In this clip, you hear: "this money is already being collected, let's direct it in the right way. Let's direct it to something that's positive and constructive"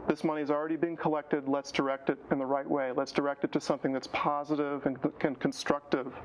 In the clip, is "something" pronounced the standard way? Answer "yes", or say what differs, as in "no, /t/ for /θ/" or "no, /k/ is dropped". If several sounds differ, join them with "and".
yes